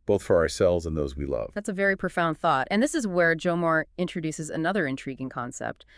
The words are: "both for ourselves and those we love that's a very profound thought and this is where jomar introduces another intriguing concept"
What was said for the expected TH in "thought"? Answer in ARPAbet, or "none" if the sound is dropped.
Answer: TH